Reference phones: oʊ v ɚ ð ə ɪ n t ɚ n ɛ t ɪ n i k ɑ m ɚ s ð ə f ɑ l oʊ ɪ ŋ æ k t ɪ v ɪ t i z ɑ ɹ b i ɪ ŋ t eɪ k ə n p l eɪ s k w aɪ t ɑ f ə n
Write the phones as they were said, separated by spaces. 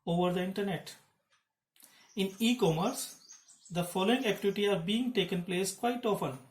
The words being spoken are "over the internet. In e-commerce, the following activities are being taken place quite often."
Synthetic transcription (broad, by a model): oʊ v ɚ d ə ɪ n t ɚ n ɛ t ɪ n i k ɑ m ɚ s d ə f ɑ l oʊ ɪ ŋ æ k t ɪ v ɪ t i ɑ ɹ b i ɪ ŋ t eɪ k ə n p l eɪ s k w aɪ t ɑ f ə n